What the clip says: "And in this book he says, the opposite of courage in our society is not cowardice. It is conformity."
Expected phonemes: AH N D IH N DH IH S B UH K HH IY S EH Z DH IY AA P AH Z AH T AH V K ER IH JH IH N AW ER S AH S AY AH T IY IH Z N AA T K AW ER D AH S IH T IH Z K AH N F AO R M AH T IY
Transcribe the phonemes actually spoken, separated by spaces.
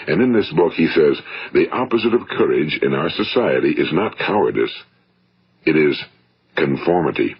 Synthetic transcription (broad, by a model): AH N IH N DH IH S B UH K HH IY S EH Z DH IY AA P AH Z AH T AH V K ER IH JH IH N AW ER S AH S AY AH T IY IH Z N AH T K AW ER D AH S IH T IH Z K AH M F AO R M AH T IY